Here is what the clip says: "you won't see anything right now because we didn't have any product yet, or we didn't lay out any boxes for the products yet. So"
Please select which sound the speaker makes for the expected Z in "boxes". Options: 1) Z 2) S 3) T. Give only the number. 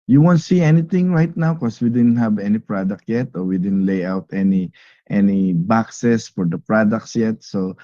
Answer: 2